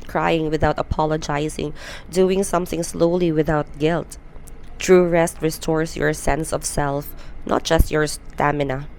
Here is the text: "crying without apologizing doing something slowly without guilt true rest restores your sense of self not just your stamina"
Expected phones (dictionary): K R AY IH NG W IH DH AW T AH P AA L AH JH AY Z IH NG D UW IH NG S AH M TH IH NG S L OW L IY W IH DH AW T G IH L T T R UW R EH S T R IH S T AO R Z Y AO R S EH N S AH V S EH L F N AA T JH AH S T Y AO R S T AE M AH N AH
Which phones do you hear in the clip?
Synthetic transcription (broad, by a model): K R AY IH NG W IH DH AW T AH P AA L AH JH AY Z IH NG D UW IH NG S AH M TH IH NG S L OW L IY W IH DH AW T G IH L T T R UW R EH S T R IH S T AO R S Y AO R S EH N S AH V S EH L F N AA T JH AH S T Y AO R S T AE M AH N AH